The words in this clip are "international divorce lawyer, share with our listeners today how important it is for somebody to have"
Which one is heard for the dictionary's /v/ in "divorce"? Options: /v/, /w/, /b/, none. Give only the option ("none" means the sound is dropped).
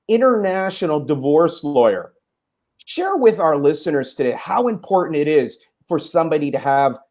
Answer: /v/